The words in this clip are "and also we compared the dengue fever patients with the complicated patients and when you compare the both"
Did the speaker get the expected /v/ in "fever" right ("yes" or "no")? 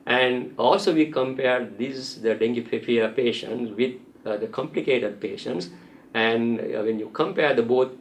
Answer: no